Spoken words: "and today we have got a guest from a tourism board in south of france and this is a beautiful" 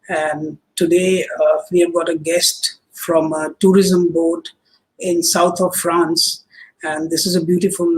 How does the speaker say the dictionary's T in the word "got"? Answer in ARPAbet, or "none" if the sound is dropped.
T